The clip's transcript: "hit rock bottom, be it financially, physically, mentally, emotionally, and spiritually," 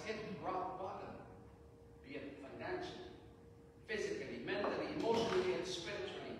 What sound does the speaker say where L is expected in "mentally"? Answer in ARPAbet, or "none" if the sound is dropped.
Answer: none